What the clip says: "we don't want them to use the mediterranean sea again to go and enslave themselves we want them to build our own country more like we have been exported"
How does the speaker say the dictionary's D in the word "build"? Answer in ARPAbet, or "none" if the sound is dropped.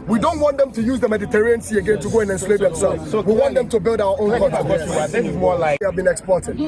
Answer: D